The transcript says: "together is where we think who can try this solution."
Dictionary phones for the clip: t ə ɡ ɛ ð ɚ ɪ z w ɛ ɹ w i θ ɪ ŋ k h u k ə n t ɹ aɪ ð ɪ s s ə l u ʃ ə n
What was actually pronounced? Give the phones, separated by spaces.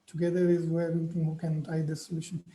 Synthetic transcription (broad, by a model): t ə ɡ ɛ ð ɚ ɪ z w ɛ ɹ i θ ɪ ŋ h u k ə n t aɪ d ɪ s s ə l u ʃ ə n